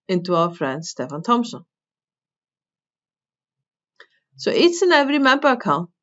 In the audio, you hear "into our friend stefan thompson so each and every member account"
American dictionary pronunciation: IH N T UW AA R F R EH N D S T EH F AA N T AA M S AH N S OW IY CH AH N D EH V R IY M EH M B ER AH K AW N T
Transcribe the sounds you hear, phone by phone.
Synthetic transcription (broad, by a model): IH N T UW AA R F R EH N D S T EH F AA N T AA M S AH N S OW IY S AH N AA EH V R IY M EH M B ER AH K AW N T